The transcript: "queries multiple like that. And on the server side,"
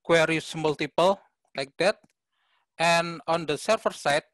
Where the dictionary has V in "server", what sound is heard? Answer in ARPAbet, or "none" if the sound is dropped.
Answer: F